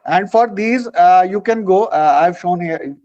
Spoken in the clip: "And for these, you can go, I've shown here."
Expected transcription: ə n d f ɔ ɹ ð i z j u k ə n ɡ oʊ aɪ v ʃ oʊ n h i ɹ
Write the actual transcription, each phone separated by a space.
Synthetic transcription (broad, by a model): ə n d f ɔ ɹ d i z j u k ə n ɡ oʊ aɪ v ʃ oʊ n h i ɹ